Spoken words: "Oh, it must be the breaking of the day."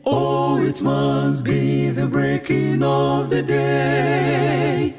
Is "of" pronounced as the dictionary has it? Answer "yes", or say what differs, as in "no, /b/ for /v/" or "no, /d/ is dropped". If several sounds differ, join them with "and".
yes